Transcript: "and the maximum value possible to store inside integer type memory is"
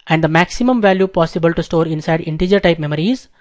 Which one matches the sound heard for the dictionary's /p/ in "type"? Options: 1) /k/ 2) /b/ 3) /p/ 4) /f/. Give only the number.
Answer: 3